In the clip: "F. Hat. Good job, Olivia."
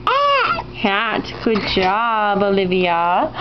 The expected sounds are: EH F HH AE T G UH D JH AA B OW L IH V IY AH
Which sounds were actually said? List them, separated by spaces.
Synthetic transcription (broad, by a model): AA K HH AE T G UH D JH AA B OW L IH V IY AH